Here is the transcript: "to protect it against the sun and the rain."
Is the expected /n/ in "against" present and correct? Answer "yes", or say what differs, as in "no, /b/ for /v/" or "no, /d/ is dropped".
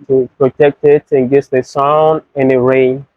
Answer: no, /n/ is dropped